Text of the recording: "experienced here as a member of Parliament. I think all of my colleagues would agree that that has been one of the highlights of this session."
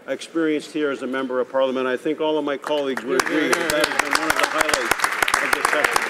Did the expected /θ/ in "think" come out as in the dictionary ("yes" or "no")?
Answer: yes